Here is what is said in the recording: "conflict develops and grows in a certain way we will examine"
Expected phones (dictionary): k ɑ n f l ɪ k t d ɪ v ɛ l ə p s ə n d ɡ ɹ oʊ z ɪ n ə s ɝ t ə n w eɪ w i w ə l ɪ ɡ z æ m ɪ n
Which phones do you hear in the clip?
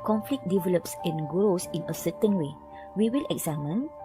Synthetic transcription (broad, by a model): k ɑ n f l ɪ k d ɪ v ɛ l ə p s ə n ɡ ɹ oʊ s ɪ n ə s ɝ t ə n w eɪ w i w ə l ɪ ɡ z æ m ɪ n